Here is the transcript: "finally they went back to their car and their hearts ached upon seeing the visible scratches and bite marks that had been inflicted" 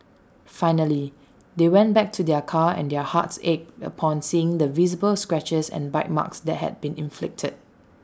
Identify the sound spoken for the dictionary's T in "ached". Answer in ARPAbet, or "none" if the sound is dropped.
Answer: none